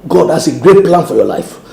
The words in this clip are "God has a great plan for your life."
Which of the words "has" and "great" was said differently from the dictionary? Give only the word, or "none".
has